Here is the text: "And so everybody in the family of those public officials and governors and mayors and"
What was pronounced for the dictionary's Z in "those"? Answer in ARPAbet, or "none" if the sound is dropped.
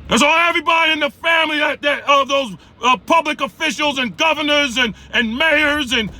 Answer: Z